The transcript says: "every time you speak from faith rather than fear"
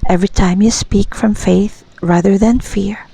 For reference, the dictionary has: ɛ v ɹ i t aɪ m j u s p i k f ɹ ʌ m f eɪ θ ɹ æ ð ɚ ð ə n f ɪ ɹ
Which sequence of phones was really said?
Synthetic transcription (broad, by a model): ɛ v ɹ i t aɪ m j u s p i k f ɹ ʌ m f eɪ θ ɹ æ ð ɚ ð ə n f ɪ ɹ